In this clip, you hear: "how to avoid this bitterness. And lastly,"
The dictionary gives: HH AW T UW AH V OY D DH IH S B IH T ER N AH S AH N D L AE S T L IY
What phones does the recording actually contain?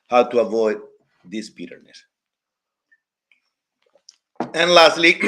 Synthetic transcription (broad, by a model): HH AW T UW AH V OY D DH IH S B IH T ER N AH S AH N L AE S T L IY